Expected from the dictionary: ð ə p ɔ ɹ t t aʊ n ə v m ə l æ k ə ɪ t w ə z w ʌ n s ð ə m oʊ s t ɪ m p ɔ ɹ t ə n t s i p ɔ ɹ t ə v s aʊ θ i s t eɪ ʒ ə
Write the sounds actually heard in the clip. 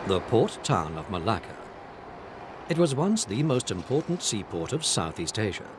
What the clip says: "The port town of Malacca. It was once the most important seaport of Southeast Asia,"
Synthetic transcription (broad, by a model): ð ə p ɔ ɹ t t aʊ n ə v m ə l æ k ə ɪ t w ə z w ʌ n s ð ə m oʊ s t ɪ m p ɔ ɹ t n t s i p ɔ ɹ t ə v s aʊ θ i s t eɪ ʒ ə